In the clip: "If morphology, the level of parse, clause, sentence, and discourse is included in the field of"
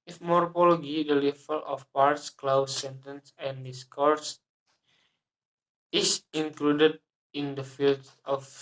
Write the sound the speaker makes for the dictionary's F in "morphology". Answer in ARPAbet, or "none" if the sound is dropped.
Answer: P